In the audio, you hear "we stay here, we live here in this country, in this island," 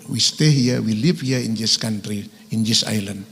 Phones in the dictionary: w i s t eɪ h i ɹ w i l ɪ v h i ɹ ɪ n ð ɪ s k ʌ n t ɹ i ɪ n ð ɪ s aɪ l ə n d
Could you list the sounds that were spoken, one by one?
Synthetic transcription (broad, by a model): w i s t eɪ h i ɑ w i l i p h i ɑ ɪ n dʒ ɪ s k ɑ n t ɹ i ɪ n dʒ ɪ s aɪ l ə n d